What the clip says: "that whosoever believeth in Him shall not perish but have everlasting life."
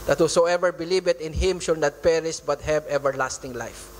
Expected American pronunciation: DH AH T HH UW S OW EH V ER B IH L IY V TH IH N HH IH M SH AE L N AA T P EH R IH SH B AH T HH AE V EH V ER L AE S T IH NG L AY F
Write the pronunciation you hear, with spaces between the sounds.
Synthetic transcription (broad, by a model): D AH T HH UW S OW EH V ER B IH L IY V T IH N HH IH M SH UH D N AA T P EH R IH S B AH T HH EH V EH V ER L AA S T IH NG L AY F